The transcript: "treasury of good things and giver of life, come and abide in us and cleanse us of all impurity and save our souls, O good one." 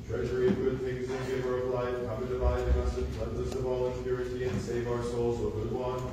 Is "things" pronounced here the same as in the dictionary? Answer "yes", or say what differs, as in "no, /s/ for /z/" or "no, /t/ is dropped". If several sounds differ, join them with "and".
yes